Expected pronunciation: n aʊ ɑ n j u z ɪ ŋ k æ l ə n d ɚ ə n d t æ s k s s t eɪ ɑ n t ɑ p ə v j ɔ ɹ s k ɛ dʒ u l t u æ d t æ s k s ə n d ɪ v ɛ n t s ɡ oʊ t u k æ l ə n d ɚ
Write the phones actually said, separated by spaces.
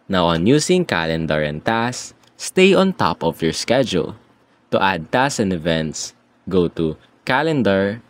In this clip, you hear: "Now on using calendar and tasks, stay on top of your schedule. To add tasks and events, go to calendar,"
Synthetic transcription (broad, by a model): n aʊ ɑ n j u s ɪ ŋ k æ l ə n d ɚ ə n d t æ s s s t eɪ ɑ n t ɑ p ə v j ɔ ɹ s k ɛ dʒ u l t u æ d t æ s s ə n d ɪ v ɛ n t s ɡ oʊ t u k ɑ l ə n d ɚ